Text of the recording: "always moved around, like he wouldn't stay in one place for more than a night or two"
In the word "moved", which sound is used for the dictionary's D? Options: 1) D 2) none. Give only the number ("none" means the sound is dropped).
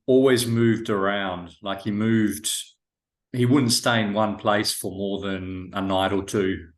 1